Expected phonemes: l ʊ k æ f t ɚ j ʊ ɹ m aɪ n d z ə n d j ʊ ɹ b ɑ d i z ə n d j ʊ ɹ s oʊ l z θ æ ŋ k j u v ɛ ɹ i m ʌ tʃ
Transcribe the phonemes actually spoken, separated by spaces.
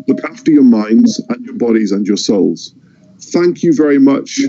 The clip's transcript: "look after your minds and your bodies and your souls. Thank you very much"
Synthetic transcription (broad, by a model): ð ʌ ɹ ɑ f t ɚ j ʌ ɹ m aɪ n d z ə n j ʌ ɹ b ɑ d i z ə n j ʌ ɹ s oʊ l z θ æ ŋ k j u v ɛ ɹ i m ʌ tʃ